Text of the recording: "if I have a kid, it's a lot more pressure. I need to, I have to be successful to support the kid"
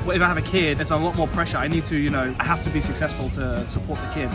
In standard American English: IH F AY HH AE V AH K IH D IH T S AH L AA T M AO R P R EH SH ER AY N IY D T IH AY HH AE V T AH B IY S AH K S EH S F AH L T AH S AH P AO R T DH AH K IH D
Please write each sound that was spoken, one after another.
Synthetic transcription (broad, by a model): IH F AY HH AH V AH K IH D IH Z AH L AA T M AO R P R EH SH ER AY N IY D T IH AY HH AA F T AH B IY S AH K S EH S F AH L T AH S AH P AO R T DH AH K IH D